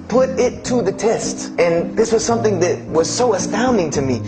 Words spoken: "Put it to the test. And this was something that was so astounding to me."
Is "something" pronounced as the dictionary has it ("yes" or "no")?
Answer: yes